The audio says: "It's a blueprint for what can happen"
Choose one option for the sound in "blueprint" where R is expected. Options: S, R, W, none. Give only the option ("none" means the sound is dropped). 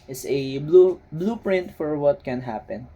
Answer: R